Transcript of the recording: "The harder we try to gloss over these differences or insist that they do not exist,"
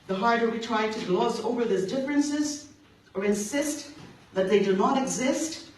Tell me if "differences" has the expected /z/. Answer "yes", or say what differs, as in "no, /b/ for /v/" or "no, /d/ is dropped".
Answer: yes